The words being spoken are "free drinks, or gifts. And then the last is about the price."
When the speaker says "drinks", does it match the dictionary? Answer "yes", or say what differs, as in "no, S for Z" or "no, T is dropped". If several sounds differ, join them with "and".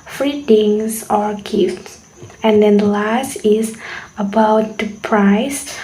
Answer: no, R is dropped and K is dropped